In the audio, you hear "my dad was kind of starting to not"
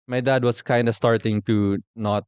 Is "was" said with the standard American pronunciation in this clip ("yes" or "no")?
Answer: no